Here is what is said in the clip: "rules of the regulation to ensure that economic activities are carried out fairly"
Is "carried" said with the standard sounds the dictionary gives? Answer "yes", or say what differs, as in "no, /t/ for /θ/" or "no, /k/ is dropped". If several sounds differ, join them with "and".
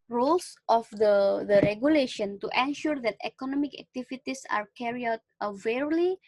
no, /d/ is dropped